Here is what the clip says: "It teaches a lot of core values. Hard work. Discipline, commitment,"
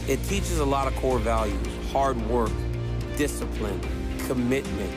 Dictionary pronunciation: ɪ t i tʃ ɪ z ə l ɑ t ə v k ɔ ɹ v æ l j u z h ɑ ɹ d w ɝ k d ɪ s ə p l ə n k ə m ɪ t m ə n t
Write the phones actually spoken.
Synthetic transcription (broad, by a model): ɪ t i tʃ ɪ z ə l ɑ t ə v k ɔ ɹ v æ l j u z h ɑ ɹ d w ɝ k d ɪ s ə p l ə n k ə m ɪ t m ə n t